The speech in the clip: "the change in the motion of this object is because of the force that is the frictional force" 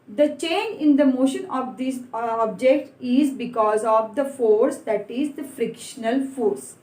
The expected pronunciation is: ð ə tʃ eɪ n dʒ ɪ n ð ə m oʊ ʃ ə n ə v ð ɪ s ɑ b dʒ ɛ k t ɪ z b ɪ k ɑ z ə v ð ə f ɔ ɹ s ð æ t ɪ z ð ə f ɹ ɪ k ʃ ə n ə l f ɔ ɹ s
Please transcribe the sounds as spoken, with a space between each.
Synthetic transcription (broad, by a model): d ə tʃ eɪ n dʒ ɪ n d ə m oʊ ʃ ə n ə v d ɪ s ɑ b dʒ ɛ k t ɪ z b ɪ k ɑ z ə v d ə f ɔ ɹ s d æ t ɪ z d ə f ɹ ɪ k ʃ ə n ə l f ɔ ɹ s